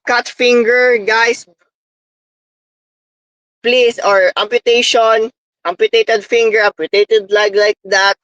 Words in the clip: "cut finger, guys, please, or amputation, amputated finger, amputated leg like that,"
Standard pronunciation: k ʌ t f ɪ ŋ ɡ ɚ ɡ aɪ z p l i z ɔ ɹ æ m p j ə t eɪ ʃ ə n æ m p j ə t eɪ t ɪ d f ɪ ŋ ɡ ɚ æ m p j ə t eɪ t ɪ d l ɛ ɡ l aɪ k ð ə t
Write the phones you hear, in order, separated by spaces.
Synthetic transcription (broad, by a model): k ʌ t f ɪ ŋ ɡ ɚ ɡ aɪ s p l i s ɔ ɹ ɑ m p j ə t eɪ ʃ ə n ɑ m p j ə t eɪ t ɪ d f ɪ ŋ ɡ ɚ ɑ m p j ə t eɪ t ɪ d l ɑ ɡ l aɪ k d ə t